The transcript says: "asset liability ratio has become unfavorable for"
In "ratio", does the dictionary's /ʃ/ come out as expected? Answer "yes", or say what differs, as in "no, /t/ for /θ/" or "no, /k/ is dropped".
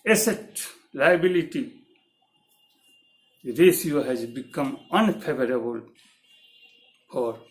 no, /s/ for /ʃ/